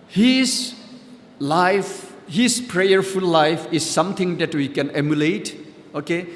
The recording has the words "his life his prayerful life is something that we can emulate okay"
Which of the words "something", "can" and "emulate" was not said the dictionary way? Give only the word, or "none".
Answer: something